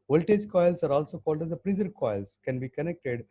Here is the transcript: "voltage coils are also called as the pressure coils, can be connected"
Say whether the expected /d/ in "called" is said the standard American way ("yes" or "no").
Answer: yes